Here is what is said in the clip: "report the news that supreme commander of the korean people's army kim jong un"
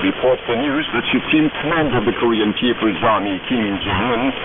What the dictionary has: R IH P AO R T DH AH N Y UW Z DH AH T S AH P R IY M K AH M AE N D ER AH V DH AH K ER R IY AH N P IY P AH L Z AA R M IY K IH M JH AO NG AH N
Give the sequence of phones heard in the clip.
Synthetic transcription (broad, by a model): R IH P AO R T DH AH N Y UW Z DH AH T SH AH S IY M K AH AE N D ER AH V DH AH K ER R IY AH N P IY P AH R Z AA R M IY K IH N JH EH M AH N